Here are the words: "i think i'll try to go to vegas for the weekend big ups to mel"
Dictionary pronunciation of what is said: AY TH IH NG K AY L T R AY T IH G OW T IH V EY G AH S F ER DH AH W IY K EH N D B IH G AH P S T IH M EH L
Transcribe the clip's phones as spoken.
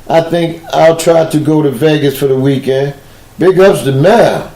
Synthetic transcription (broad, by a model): AY TH IH NG K AY L T R AY T IH G OW T IH V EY G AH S F ER DH AH W IY K EH N D B IH G AH P S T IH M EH